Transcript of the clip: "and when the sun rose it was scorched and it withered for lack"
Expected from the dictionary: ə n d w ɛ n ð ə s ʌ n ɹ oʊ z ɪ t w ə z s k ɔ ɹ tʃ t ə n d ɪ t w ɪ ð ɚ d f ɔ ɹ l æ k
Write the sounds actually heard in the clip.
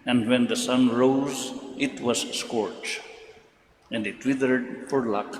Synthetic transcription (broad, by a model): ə n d w ɛ n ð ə s ʌ n ɹ oʊ z ɪ t w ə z s k ɔ ɹ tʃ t ə n d ɪ t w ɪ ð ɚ d f ɔ ɹ l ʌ k